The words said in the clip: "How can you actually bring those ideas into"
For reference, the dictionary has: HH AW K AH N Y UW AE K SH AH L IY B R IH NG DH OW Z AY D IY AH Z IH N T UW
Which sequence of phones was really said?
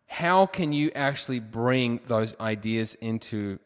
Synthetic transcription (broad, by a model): HH AW K AH N Y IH AE K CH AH L IY B R IH NG DH OW Z AY D IY AH Z IH N T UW